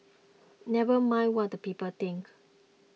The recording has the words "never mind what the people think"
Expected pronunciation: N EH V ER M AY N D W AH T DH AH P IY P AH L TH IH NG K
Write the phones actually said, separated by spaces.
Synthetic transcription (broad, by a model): N EH V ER M AY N W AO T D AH P IY P AH L T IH NG K